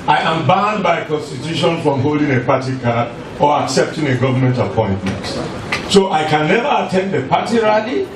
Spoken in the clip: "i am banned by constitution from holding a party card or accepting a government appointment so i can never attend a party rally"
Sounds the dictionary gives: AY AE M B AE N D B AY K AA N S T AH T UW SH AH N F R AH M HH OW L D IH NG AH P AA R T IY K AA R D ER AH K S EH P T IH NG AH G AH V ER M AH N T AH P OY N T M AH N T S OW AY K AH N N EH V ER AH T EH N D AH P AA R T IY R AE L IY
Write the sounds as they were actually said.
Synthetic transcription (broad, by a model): AY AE M B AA N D B AY K AA N S T AH T UW SH AH N F R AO M HH OW L D IH NG AH P AA T IY K AA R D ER AH K S EH P T IH NG AH G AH V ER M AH N T AH P OY N T M AH N T S OW AY K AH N N EH V ER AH T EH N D AH P AA T IY R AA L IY